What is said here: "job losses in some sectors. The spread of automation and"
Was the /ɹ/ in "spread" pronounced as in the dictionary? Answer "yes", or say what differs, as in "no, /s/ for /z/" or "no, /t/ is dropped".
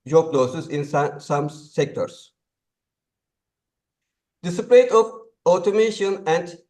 no, /l/ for /ɹ/